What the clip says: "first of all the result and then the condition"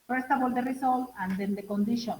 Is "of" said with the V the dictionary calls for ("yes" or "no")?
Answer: no